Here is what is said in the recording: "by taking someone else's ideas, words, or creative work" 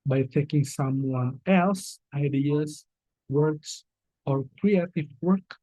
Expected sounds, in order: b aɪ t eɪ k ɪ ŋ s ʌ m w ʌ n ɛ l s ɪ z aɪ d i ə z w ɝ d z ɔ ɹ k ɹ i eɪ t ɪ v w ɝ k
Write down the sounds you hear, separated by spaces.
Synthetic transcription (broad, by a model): b aɪ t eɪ k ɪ ŋ s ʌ m w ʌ n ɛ l s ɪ ɪ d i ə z w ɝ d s ɔ ɹ k ɹ i eɪ t ɪ v w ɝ k